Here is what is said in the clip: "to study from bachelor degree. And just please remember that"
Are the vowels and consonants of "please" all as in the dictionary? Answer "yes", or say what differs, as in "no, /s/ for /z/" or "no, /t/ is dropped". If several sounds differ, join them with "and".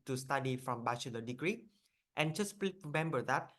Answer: no, /z/ is dropped